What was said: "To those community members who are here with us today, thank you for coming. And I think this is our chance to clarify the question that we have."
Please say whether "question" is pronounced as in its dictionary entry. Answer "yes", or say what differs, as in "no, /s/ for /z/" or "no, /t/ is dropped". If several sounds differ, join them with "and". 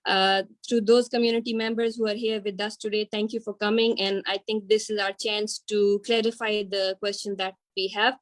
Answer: yes